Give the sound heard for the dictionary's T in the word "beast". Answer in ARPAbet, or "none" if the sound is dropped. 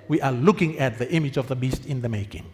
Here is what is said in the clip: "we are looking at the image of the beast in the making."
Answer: T